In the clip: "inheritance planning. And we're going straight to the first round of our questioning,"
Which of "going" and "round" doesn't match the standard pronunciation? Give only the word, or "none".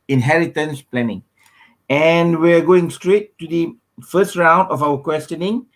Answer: none